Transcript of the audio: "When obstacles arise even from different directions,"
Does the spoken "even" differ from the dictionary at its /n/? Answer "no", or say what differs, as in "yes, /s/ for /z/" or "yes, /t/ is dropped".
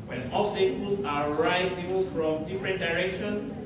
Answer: yes, /l/ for /n/